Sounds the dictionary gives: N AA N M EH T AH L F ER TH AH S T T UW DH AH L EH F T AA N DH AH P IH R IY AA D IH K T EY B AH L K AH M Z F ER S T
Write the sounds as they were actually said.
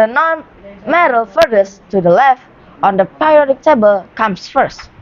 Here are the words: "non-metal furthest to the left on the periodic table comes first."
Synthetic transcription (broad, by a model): N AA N M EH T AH L F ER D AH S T T UW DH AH L EH F T AA N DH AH P R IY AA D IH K T EY B AH L K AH M S F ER S T